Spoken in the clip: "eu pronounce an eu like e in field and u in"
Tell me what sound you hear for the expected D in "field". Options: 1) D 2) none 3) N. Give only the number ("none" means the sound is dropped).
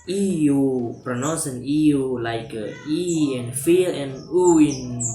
2